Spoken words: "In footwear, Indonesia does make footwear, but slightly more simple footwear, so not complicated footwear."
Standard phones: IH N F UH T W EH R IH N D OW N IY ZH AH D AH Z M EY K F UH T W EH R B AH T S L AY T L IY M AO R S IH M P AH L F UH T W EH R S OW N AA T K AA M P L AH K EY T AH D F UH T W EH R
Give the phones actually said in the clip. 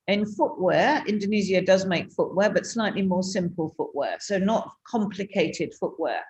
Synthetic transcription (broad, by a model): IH N F UH T W EH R IH N D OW N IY Z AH D AH Z M EY K F UH T W EH B AH T S L AY T L IY M AO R S IH M P AH L F UH T W EH S OW N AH T K AA M P L AH K EY T AH D F UH T W EH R